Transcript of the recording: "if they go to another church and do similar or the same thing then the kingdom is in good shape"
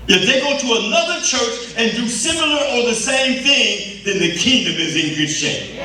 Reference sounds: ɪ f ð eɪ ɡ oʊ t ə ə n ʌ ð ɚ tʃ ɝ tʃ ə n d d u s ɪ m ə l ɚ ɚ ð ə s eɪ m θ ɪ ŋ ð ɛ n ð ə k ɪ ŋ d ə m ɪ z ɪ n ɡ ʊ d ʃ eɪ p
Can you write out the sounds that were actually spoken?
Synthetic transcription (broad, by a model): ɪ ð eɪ ɡ oʊ t ə ə n ʌ ð ɚ tʃ ɝ tʃ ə n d d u s ɪ m l ɚ ɚ ð ə s eɪ m θ ɪ ŋ ð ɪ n ð ə k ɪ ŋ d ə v ɪ z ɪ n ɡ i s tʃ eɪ